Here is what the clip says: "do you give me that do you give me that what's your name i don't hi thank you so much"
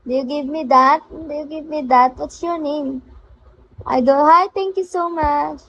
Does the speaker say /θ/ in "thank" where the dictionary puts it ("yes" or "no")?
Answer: no